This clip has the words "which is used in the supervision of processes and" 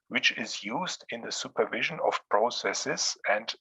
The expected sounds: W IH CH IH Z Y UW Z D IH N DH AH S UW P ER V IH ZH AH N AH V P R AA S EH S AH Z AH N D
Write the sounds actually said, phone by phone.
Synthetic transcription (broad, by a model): W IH CH IH Z Y UW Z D IH N DH AH S UW P ER V IH ZH AH N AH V P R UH S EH S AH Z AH N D